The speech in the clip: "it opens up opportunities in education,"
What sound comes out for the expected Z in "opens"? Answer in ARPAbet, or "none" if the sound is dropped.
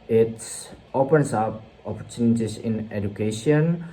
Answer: S